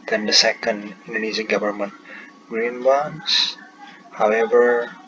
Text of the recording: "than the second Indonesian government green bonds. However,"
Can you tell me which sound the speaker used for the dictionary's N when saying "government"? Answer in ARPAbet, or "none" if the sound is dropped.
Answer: N